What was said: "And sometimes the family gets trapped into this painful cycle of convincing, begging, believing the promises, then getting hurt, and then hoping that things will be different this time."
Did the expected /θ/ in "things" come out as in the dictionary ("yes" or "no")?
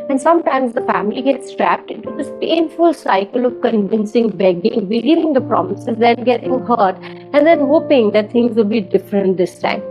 no